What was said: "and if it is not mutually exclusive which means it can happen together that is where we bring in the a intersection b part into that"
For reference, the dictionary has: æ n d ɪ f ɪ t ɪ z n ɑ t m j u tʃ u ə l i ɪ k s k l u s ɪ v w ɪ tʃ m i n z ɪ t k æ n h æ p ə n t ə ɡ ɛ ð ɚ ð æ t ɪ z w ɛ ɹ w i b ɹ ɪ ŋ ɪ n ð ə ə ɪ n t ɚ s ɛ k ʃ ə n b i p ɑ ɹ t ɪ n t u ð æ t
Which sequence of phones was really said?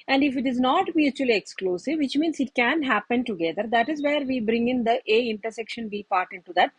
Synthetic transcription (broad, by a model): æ n d ɪ f ɪ t ɪ z n ɑ t m j u tʃ u ə l i ɪ k s k l u s ɪ v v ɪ tʃ m i n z ɪ t k æ n h æ p ə n t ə ɡ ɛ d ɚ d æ t ɪ z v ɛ ɹ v i b ɹ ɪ ŋ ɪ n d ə ə ɪ n t ɚ s ɛ k ʃ ə n b i p ɑ ɹ t ɪ n t u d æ t